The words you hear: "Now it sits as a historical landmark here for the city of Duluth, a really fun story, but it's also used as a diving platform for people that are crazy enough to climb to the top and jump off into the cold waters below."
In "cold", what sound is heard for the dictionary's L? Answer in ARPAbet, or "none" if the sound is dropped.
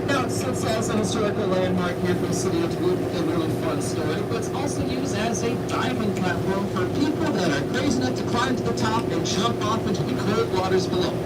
none